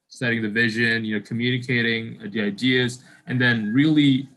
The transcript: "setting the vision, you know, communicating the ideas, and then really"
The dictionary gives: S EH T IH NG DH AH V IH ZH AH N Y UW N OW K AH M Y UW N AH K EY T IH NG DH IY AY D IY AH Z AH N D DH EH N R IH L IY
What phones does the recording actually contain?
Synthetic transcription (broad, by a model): S EH T IH NG DH AH V IH ZH AH N Y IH N OW K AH M Y UW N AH K EY T IH NG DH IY AY D IY AH Z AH N DH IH N R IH L IY